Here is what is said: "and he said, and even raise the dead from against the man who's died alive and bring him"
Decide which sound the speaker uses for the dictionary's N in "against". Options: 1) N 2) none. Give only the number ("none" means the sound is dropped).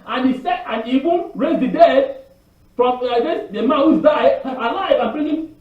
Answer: 2